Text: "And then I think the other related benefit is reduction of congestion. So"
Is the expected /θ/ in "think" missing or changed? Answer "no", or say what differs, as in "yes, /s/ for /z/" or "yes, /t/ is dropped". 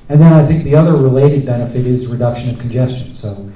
no